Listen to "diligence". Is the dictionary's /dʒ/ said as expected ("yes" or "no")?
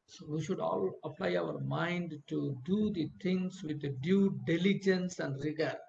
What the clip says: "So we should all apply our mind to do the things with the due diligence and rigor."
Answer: yes